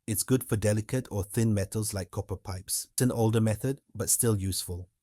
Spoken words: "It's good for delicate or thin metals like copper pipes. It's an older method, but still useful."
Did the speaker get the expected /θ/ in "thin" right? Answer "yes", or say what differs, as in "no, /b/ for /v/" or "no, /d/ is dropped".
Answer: yes